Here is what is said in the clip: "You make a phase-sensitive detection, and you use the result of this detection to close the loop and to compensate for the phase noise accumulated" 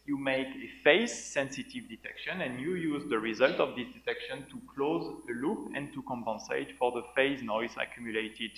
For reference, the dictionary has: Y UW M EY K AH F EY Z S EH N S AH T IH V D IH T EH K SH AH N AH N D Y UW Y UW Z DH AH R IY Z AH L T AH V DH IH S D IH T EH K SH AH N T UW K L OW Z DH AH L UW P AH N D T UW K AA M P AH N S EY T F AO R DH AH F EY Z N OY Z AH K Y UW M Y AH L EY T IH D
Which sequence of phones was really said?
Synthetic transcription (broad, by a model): Y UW M EY K AH F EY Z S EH N S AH T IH V D IH T EH K SH AH N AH N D Y UW Y UW Z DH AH R IY Z AH L T AH V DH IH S D IH T EH K SH AH N T UW K L OW Z DH AH L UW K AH N T UW K AA M P AH N S EY T F AO R DH AH F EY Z N OY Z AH K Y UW M Y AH L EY T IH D